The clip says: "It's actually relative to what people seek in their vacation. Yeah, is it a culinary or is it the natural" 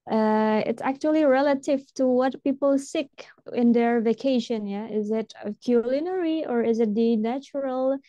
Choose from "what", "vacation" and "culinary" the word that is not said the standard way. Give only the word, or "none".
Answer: none